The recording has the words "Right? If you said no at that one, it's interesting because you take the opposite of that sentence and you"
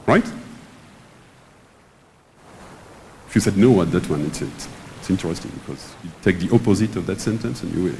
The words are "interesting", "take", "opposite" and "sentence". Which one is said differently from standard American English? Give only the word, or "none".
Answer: none